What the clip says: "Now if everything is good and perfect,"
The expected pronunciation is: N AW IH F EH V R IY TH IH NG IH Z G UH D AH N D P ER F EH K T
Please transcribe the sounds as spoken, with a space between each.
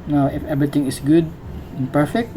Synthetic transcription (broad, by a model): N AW IH F EH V R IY T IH NG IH S G UH D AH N P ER F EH K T